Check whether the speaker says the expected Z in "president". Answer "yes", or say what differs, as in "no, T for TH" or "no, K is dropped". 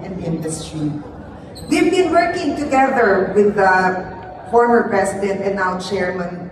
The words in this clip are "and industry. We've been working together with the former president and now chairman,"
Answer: no, S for Z